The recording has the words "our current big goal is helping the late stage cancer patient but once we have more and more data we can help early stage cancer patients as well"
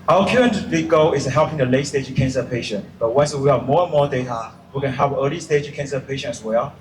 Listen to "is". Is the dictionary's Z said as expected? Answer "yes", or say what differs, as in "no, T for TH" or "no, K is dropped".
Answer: no, S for Z